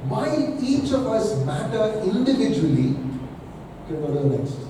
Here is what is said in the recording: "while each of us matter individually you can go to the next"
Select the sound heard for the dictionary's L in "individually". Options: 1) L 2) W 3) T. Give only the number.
2